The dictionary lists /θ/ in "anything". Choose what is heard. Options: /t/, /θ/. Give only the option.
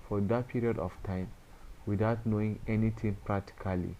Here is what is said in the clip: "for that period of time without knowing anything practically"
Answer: /t/